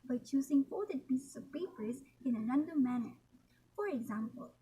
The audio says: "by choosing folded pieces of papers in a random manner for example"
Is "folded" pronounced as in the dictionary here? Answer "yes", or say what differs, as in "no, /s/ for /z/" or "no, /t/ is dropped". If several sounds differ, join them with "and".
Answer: no, /l/ is dropped